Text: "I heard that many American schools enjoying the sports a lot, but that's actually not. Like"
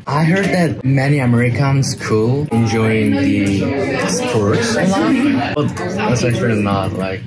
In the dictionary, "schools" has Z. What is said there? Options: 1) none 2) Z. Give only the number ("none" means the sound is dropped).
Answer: 1